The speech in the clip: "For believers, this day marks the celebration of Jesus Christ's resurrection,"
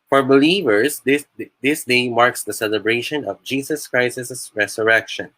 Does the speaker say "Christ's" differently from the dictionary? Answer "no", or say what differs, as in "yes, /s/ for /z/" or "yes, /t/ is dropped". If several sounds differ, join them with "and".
yes, /s/ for /t/